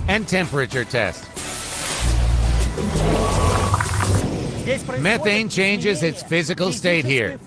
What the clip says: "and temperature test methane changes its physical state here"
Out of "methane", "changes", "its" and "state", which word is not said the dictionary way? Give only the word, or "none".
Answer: none